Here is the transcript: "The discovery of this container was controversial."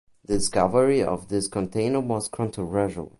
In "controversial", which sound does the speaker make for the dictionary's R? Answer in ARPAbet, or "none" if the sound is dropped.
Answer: none